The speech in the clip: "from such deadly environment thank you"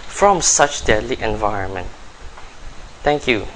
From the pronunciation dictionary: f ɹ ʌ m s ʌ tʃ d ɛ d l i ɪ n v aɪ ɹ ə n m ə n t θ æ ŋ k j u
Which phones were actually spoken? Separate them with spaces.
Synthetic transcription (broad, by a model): f ɹ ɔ m s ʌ tʃ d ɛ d l i ɪ n v aɪ ɹ ə n m ə n t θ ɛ ŋ k j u